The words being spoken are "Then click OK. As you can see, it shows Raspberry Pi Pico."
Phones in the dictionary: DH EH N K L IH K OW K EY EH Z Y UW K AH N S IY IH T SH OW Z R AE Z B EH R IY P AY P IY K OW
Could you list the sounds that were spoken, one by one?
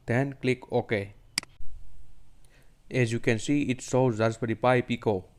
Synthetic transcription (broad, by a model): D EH N K L IH K OW K EY EH Z Y UW K AH N S IY IH T S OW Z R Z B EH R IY P AY P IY K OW